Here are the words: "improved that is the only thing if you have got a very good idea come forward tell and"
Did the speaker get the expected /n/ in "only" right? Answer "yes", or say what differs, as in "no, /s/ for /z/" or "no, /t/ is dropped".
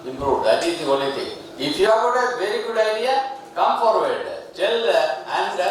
no, /n/ is dropped